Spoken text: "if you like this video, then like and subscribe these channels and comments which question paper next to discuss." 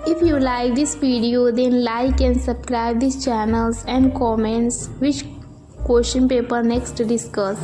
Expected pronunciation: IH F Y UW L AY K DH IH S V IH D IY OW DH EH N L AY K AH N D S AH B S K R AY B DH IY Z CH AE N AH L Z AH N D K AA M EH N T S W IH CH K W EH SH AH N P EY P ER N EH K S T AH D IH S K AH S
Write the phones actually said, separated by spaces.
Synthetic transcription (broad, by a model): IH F Y UW L AY K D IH S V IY D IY OW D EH N L AY K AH N S AH B S K R AY B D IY S CH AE N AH L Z AH N D K AA M EH N T S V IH CH K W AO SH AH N P EY P ER N EH K S T D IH S K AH S